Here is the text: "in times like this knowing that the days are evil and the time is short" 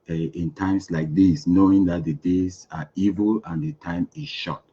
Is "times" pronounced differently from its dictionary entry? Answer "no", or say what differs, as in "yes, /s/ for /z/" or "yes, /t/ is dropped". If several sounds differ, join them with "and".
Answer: yes, /s/ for /z/